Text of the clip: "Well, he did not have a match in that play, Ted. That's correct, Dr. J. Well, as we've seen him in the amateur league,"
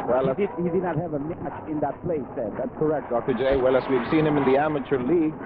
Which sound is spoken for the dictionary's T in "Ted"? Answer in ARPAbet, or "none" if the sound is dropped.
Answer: S